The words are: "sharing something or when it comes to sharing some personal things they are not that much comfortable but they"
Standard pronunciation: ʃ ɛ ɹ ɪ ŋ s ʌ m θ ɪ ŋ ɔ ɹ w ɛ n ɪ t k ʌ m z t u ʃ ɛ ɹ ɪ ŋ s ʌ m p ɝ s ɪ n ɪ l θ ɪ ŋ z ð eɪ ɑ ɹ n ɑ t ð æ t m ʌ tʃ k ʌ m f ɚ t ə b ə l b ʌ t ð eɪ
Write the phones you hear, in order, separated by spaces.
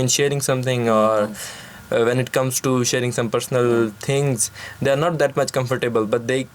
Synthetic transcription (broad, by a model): ʃ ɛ ɹ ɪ ŋ s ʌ m t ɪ ŋ ɔ ɹ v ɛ n ɪ t k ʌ m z t u ʃ ɛ ɹ ɪ ŋ s ʌ m p ɝ s ɪ n ɪ l t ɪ ŋ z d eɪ ɑ ɹ n ɑ t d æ t m ʌ tʃ k ʌ m f ɚ t ə b ə l b ʌ t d eɪ